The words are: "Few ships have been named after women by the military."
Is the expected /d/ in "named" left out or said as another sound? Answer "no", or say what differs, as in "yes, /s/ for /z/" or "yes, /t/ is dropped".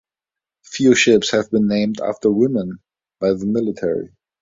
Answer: no